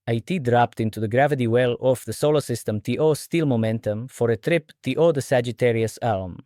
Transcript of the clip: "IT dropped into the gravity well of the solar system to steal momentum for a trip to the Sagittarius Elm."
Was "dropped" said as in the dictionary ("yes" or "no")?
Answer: yes